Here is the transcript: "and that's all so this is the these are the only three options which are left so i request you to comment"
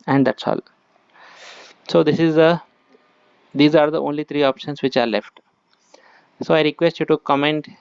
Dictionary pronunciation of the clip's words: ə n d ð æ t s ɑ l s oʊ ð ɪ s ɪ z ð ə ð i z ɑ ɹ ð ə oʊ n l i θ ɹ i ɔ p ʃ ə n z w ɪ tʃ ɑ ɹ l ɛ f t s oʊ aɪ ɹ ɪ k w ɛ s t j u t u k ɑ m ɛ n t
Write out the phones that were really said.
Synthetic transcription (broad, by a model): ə n d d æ t s ɑ l s oʊ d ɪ s ɪ z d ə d i z ɑ ɹ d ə oʊ n l i t ɹ i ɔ p ʃ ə n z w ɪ tʃ ɑ ɹ l ɛ f t s oʊ aɪ ɹ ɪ k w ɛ s t j u t u k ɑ m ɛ n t